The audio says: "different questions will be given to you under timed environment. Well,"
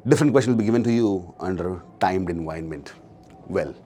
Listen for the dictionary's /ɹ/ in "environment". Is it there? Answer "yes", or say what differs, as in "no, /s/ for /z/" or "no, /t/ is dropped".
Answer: no, /ɹ/ is dropped